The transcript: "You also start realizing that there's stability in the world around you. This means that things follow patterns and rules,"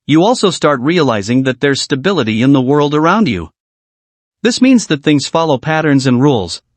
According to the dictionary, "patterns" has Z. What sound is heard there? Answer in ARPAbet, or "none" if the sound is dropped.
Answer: Z